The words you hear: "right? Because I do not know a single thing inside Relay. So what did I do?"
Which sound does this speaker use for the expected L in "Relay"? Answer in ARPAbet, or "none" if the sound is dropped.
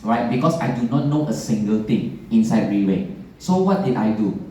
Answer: W